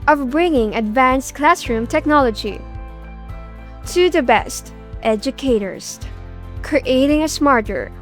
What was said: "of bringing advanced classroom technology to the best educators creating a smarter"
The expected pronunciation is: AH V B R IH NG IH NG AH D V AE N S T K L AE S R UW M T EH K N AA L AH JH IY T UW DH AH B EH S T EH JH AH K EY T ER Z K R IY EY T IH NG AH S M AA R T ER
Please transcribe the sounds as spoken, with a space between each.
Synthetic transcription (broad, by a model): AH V B R IH NG IH NG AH D V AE N S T K L AE S R UW M T EH K N AA L AH JH IY T UW DH AH B EH S T EH JH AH K EY T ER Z K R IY EY T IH NG AH S M AA R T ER